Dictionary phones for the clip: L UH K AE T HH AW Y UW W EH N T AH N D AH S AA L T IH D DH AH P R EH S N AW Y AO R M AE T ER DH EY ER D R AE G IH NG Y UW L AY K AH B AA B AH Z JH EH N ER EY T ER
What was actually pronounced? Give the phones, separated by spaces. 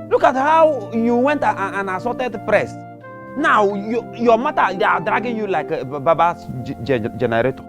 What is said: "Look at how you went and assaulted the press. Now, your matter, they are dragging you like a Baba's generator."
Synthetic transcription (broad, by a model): L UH K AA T HH AW Y UW W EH N T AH N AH S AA T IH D P R EH S N AW Y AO M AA T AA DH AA D R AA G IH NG Y UW L AY K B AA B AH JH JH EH N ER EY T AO